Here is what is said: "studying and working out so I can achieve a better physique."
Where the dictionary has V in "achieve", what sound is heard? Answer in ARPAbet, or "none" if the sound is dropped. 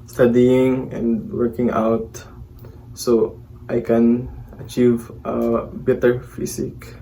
V